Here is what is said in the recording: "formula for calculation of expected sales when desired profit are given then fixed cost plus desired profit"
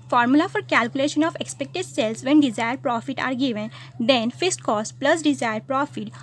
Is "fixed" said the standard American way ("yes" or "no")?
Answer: no